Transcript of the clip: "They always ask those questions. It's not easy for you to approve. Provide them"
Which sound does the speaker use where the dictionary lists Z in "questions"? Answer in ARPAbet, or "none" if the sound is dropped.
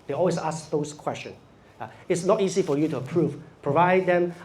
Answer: S